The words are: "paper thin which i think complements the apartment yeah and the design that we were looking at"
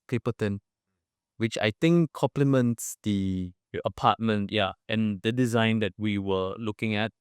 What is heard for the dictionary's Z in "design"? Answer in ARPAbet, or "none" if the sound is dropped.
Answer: Z